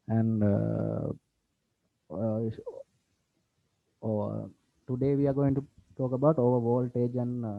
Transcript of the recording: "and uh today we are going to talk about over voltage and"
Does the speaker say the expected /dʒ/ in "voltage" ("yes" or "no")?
yes